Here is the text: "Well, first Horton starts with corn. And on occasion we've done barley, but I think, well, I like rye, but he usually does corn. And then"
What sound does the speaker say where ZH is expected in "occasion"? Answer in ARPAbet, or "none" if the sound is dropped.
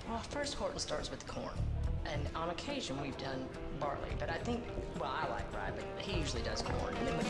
ZH